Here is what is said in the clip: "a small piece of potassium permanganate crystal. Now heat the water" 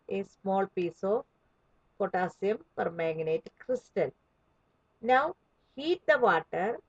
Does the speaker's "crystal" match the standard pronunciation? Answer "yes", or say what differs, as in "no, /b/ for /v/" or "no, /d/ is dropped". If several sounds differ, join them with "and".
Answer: yes